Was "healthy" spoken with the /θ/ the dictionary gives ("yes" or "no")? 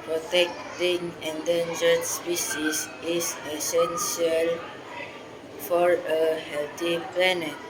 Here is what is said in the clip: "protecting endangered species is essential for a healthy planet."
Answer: no